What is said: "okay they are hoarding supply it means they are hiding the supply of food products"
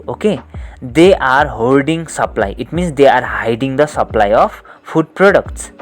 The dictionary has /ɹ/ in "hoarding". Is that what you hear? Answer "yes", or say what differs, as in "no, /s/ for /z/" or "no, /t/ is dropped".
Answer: no, /l/ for /ɹ/